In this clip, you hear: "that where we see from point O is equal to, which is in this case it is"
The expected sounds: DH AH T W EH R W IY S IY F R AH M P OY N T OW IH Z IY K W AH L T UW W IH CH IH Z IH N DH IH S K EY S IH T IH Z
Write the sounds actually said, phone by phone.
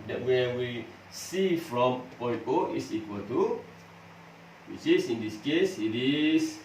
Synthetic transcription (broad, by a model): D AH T W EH W IY S IY F R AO M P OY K OW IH S IY K W AH L T UW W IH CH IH S IH N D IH S K EY S IH T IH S